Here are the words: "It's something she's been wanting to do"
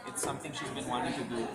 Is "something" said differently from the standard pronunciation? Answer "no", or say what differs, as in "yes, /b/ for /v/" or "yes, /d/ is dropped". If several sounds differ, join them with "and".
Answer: yes, /t/ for /θ/